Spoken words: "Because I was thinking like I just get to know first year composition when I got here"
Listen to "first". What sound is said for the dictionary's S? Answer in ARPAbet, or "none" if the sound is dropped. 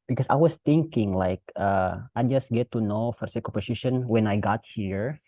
none